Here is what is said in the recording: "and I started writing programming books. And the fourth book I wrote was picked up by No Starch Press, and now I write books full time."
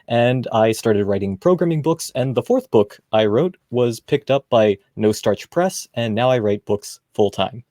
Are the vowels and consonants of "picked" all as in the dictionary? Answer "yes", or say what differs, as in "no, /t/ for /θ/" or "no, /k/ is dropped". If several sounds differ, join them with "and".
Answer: yes